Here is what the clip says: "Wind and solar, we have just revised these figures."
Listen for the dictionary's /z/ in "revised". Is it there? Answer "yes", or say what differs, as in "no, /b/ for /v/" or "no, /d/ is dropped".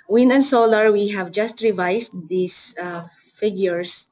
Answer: no, /s/ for /z/